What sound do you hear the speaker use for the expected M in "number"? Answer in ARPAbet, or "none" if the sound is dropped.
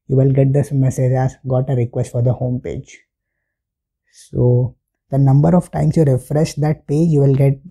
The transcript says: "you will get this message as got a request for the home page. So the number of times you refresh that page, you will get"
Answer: M